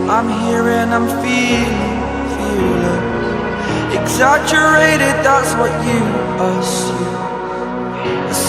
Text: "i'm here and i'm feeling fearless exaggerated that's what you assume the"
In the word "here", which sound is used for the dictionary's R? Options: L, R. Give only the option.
R